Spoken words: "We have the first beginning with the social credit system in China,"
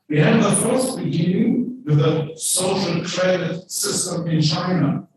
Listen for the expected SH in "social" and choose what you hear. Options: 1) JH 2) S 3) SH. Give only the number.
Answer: 3